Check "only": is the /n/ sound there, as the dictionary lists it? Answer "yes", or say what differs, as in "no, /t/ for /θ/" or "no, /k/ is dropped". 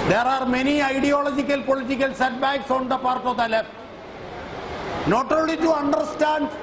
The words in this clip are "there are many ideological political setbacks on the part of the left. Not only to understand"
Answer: no, /n/ is dropped